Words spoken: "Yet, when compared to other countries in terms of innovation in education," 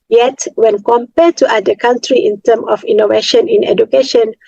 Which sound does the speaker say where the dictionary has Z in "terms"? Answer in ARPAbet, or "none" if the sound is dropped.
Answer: none